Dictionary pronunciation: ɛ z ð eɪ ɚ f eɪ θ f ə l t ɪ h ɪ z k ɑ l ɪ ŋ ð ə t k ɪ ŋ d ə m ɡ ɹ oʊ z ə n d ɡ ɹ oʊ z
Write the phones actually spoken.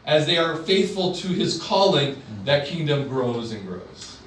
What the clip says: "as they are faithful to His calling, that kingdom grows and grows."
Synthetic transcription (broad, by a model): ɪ z ð eɪ ɚ f eɪ θ f ə l t ɪ ɪ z k ɑ l ɪ ŋ ð ə t k ɪ ŋ d ə m ɡ ɹ oʊ z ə n ɡ ɹ oʊ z